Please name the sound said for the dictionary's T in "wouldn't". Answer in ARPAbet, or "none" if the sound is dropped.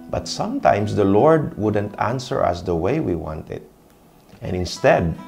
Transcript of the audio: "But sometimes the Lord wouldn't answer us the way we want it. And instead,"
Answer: T